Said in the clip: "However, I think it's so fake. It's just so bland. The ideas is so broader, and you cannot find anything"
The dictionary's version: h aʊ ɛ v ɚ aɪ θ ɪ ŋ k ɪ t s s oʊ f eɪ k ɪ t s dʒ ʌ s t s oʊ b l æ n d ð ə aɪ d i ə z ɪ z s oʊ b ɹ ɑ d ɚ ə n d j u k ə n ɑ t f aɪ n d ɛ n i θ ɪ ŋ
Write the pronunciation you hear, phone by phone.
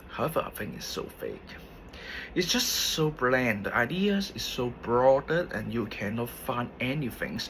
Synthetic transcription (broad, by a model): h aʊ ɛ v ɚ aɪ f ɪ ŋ ɪ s s oʊ f eɪ k ɪ t s dʒ ʌ s t s oʊ b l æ n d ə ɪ d i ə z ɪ s oʊ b ɹ ɑ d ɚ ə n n j u k ə n ɑ t f aɪ n d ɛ n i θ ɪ ŋ